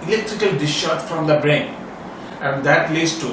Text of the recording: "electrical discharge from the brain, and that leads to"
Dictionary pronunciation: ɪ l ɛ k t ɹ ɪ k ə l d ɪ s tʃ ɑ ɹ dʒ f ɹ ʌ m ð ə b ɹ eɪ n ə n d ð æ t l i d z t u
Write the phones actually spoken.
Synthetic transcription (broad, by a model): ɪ l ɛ k t ɹ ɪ k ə l d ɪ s ʃ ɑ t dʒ f ɹ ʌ m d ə b ɹ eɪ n ə n d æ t l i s t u